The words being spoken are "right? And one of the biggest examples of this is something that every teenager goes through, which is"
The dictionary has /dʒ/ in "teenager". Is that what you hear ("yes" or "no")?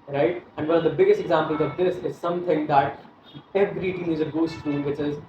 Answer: no